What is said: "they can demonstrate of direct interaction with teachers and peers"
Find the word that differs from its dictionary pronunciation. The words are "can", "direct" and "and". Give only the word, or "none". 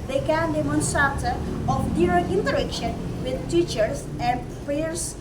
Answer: direct